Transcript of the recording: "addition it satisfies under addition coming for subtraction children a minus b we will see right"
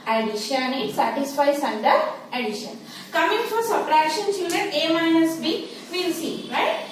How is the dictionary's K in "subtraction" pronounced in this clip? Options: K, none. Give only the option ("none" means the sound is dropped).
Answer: none